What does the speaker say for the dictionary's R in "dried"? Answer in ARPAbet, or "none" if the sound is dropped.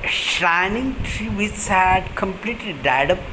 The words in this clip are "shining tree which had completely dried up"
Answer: none